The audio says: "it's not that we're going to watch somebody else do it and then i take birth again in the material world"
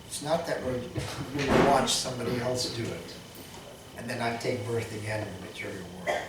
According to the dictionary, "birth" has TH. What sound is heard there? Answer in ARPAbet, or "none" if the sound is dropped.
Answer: TH